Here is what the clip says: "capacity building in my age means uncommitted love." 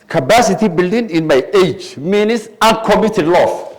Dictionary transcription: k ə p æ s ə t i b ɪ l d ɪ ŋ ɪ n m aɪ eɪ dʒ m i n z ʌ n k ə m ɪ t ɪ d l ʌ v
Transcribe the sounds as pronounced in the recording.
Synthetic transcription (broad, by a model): k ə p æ s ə t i b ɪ l d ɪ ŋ ɪ n m aɪ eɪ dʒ m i n s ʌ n k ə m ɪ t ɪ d l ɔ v